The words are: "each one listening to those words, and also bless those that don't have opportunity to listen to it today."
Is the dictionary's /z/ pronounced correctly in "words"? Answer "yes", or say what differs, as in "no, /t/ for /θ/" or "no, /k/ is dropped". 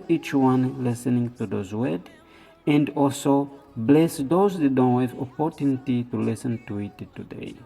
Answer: no, /z/ is dropped